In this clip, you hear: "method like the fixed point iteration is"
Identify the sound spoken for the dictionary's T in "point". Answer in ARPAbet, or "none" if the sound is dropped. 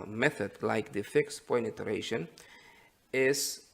none